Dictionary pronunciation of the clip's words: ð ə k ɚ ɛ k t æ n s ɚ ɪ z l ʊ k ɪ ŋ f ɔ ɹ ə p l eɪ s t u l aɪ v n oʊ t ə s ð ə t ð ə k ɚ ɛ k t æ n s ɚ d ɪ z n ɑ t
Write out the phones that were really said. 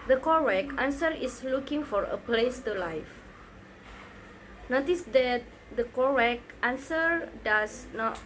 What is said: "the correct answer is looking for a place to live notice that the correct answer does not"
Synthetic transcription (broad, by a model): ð ə k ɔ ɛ k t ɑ n s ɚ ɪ s l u k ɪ ŋ f ɔ ɹ ə p l eɪ s t u l aɪ f n oʊ t ə s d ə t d ə k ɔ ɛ k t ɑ n s ɚ d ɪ s n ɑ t